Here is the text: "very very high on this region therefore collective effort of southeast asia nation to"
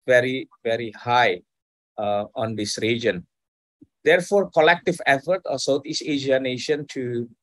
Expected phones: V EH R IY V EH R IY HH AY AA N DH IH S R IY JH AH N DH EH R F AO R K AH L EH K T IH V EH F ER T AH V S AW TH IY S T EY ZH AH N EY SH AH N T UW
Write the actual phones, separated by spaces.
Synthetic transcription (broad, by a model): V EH R IY V EH R IY HH AY AA N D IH S R IY JH AH N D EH R F AO R K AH L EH K T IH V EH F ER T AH S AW T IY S EY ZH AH N EY SH AH N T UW